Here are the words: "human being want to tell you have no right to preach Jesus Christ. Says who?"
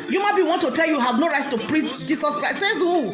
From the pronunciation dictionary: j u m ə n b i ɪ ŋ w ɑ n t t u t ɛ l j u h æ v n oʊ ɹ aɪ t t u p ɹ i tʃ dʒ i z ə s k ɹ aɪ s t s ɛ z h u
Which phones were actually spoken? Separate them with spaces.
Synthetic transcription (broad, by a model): j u m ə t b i w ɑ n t t u t ɛ l j u h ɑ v n oʊ ɹ aɪ t t u p ɹ i tʃ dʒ i s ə s k ɹ aɪ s s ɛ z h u